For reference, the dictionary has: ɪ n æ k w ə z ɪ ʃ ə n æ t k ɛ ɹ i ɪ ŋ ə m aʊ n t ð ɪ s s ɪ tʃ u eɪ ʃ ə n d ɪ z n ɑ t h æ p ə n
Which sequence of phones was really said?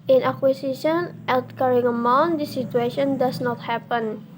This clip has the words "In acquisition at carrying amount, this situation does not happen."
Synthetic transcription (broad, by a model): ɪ n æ k w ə s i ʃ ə n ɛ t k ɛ ɹ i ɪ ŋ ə m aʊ n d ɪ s s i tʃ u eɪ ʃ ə n d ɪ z n ɑ t h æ p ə n